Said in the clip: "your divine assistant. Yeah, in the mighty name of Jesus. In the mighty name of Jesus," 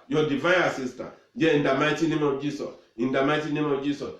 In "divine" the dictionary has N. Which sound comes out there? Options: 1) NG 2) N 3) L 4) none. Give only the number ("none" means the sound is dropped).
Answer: 4